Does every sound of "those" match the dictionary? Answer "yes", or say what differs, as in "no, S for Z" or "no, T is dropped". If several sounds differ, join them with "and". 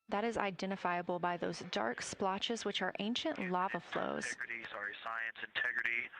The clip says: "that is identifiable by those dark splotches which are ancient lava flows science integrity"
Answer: yes